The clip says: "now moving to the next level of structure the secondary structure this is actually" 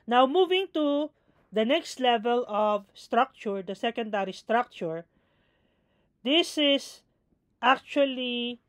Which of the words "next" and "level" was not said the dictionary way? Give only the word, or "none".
none